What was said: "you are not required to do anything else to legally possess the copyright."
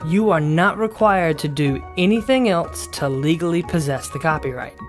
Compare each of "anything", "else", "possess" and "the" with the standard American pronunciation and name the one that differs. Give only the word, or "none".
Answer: none